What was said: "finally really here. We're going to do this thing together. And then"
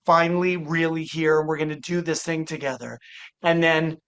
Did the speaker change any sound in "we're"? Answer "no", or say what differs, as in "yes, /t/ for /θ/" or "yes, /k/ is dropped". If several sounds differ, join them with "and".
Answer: no